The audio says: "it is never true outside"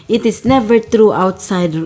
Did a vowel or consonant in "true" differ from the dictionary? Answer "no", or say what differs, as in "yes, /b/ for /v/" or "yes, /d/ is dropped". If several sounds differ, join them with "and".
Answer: no